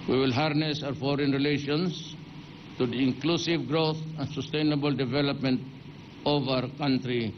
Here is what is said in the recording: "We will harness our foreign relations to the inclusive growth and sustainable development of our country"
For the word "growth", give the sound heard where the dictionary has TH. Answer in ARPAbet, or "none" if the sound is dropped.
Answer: T